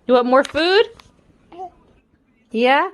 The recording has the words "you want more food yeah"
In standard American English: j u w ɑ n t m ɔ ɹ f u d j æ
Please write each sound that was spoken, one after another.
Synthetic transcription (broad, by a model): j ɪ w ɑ t m ɔ ɹ f u d j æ